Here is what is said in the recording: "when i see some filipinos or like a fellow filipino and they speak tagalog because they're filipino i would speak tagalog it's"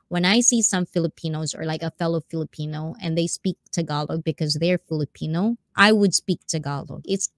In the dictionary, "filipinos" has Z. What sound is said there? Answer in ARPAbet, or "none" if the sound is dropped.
Z